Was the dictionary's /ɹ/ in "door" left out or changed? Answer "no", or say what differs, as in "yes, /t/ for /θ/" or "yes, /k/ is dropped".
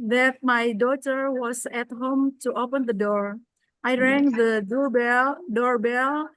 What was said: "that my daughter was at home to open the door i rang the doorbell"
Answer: no